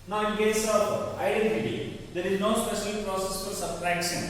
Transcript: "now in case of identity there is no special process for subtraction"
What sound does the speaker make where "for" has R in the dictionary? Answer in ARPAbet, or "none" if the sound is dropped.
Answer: L